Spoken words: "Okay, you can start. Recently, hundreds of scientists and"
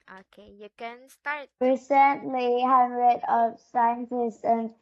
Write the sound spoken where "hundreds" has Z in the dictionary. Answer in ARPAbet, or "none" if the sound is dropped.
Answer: none